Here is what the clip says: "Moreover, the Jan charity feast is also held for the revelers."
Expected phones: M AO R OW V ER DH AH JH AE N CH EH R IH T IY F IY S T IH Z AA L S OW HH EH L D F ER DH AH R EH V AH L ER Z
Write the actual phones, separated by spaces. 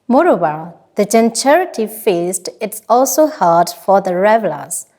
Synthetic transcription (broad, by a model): M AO R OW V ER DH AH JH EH N CH EH R IH T IY F IY S T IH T AA L S OW HH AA D F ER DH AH R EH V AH L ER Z